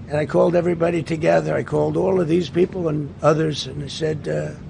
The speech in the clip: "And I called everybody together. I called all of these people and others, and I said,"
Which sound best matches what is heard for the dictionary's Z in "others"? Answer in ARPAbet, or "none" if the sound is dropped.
Z